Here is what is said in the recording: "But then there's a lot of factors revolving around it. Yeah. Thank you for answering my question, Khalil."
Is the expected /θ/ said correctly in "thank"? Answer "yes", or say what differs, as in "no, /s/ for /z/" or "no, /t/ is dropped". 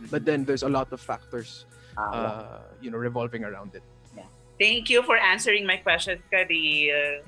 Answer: no, /t/ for /θ/